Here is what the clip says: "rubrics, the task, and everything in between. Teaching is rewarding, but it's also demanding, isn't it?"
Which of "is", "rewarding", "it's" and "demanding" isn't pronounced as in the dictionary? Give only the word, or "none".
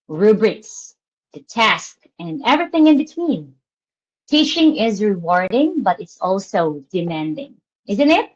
none